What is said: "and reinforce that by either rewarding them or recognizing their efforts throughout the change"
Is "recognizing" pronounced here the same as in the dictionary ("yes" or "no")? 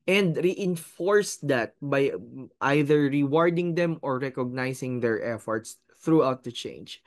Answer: no